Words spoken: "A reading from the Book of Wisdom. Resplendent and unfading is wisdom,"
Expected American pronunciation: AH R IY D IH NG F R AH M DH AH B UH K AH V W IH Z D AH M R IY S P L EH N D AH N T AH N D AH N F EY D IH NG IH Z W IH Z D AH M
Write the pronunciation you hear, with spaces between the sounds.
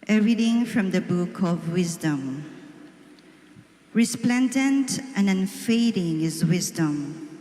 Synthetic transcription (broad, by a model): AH R IY D IH NG F R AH M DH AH B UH K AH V W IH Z D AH M R IY S P L EH N D AH N T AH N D AH N F EY D IH NG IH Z W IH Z D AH M